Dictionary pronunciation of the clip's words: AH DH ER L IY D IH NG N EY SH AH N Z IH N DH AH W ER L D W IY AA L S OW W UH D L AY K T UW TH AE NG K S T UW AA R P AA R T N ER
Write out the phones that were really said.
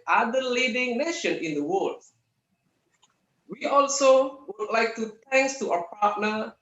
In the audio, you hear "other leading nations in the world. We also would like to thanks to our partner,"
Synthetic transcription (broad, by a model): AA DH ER L IY D IH NG N EY SH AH N IH N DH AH W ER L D W IY AA L S OW W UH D L AY K T UW T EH NG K S T UW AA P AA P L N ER